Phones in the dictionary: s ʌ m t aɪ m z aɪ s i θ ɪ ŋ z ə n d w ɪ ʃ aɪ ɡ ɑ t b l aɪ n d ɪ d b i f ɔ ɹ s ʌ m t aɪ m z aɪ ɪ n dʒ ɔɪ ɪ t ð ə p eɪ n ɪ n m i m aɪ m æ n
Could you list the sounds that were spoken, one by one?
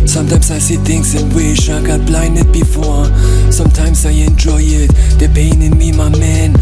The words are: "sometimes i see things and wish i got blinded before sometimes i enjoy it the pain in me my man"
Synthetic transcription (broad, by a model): s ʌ m t aɪ m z aɪ s i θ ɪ ŋ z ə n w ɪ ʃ aɪ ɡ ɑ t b l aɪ n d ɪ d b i f ɔ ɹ s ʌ m t aɪ m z aɪ ɪ n dʒ ɔɪ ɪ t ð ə p eɪ n ɪ n m i m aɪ m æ n